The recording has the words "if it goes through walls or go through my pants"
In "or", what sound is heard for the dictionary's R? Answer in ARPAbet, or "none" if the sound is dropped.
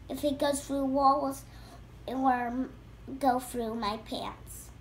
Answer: W